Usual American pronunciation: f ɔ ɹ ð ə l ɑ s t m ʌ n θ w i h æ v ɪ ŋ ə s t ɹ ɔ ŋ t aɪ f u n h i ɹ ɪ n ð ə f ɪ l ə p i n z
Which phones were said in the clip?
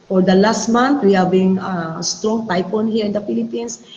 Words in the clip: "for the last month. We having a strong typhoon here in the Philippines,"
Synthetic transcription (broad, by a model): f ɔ ɹ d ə l ɑ s t m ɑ n t w i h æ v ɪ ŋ ə s t ɹ ɔ ŋ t aɪ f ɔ n h i ɹ ɪ n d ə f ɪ l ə p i n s